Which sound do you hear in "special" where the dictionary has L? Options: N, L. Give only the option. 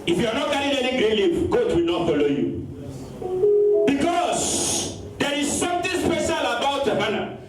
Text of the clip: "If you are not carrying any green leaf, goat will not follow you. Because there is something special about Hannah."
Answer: L